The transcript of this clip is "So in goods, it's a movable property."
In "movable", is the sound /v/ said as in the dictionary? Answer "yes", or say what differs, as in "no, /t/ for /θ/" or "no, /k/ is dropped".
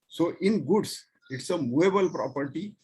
no, /v/ is dropped